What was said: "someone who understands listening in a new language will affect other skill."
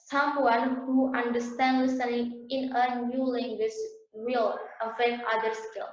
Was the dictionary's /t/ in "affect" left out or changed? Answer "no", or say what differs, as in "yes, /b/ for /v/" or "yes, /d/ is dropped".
yes, /t/ is dropped